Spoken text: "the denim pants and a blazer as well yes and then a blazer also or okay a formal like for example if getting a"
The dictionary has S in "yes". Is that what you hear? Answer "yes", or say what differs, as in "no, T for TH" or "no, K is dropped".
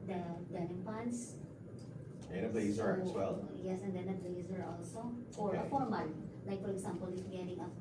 yes